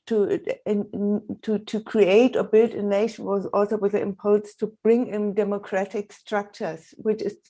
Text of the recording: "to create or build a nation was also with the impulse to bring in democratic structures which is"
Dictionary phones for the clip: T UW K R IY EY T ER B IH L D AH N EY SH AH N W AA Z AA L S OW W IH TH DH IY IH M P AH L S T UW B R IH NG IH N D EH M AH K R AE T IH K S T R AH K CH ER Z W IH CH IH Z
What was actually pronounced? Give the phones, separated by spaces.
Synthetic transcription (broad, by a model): T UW K R IY EY T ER B IH L D AH N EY SH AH N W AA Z AA L S OW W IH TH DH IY IH M P AH L S T UW B R IH NG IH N D EH M AH K R AE T IH K S T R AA K CH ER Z W IH CH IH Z